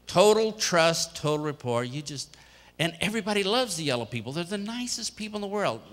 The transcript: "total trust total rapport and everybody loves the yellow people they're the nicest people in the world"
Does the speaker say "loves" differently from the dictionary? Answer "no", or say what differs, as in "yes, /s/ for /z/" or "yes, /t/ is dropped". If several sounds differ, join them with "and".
no